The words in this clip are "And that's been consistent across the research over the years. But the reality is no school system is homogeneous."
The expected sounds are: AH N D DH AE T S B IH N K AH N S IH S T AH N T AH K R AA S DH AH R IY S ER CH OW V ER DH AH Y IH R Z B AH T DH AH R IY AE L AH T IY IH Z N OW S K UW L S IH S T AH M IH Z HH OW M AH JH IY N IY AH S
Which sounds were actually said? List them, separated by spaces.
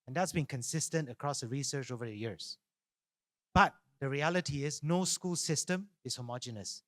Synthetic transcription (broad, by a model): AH N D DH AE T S B IH N K AH N S IH S T AH N T AH K R AA S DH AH R IY S ER CH OW V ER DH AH Y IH R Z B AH T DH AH R IY AE L AH T IY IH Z N OW S K UW L S IH S T AH M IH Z HH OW M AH JH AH N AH S